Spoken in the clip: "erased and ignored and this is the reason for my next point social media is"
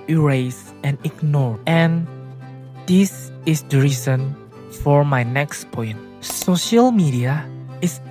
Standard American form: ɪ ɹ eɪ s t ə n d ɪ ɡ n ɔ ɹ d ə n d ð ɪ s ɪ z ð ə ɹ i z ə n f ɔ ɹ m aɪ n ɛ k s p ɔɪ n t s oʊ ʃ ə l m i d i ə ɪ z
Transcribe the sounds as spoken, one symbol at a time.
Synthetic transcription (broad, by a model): ɹ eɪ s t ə n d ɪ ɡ n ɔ ɹ ə n d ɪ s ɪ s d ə ɹ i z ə n f ɔ ɹ m aɪ n ɛ k s p ɔɪ n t s oʊ ʃ ə l m i d i ə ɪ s